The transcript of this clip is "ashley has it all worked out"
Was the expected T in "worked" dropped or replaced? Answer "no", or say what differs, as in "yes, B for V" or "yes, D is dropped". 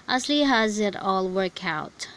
yes, T is dropped